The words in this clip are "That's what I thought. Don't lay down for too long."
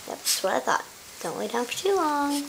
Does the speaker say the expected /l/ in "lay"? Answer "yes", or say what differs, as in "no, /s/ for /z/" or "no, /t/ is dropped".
no, /w/ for /l/